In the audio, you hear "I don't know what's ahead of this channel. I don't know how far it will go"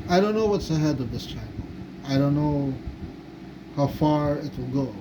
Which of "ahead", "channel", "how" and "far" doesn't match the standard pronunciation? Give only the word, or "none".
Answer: channel